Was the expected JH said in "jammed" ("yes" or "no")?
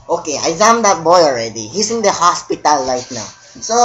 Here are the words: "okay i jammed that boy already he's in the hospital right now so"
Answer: no